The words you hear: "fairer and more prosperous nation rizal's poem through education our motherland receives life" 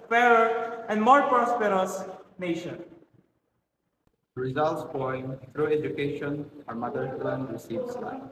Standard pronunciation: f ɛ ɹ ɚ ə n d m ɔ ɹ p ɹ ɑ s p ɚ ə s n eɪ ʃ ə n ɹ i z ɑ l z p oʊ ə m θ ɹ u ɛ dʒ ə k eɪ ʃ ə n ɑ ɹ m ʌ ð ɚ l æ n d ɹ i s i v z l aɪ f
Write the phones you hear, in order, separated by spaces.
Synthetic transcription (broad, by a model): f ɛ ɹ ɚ ə n d m ɔ ɹ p ɹ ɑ s p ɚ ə s n eɪ ʃ ə n ɹ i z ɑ l s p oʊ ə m t ɹ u ɛ dʒ ə k eɪ ʃ ə n ɑ ɹ m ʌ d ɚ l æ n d ɹ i s i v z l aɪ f